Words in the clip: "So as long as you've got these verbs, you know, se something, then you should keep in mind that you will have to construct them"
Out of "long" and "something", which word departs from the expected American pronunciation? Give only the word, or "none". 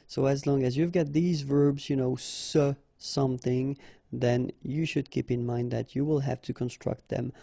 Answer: none